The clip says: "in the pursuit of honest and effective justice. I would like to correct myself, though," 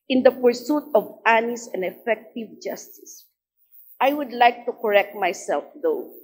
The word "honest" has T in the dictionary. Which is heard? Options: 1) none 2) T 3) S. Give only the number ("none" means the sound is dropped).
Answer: 1